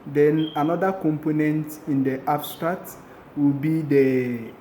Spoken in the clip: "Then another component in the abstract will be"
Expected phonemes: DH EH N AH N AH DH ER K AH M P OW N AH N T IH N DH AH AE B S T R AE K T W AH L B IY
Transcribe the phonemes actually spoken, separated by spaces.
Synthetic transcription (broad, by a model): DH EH N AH N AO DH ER K AH M P OW N AH N T IH N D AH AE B S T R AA T W AH L B IY